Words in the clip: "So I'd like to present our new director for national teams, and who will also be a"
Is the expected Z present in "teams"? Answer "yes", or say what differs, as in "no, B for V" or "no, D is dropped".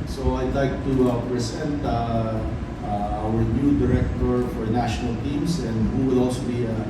no, S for Z